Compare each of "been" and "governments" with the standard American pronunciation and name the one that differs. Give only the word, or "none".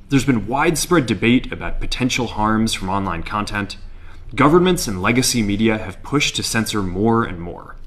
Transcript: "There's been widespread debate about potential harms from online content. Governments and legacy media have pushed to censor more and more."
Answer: none